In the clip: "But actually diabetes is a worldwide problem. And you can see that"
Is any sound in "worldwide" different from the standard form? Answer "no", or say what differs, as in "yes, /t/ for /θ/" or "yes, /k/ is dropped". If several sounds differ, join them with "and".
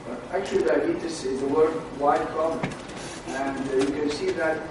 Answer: yes, /l/ is dropped